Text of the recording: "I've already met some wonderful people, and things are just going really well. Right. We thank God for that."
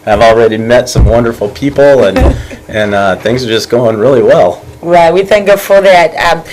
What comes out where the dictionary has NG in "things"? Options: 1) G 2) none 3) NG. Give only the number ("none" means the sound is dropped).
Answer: 3